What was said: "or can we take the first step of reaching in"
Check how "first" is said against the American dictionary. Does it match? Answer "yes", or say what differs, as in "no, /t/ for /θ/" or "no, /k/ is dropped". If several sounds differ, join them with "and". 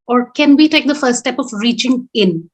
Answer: no, /s/ is dropped